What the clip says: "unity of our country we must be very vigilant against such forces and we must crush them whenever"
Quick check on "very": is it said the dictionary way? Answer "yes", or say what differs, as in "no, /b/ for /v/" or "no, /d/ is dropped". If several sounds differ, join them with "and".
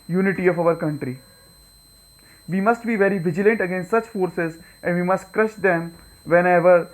yes